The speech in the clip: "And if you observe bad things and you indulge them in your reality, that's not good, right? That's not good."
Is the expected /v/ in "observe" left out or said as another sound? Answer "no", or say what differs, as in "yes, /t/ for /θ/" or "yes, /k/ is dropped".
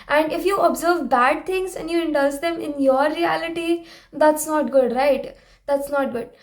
no